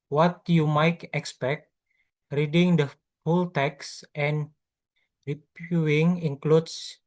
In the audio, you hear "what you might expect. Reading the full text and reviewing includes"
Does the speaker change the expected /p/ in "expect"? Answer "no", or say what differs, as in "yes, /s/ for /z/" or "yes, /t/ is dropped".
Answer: no